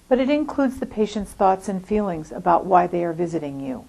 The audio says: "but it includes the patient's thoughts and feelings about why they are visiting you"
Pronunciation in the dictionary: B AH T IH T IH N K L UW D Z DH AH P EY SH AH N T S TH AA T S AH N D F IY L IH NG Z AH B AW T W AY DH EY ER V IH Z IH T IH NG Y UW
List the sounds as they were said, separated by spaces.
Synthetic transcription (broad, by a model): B AH T IH T IH N K L UW D Z DH AH P EY SH AH N T S TH AA T S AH N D F IY L IH NG Z AH B AW T W AY DH EY ER V IH Z IH T IH NG Y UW